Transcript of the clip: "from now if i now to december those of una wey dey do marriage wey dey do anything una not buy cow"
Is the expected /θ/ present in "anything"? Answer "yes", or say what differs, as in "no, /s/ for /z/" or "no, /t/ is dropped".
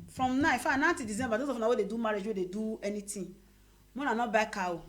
no, /t/ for /θ/